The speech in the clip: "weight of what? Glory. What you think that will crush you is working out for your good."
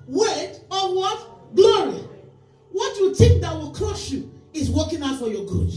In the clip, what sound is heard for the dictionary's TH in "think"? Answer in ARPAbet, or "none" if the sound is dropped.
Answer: T